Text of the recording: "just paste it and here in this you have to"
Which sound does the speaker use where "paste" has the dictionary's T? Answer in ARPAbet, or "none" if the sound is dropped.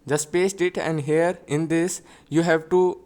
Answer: T